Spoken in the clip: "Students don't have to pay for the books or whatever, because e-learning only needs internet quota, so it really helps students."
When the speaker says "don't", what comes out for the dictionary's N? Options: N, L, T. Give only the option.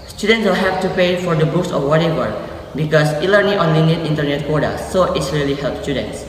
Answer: L